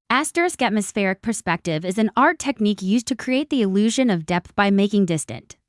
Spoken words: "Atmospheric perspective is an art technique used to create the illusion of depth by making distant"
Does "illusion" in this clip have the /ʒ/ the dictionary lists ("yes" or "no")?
yes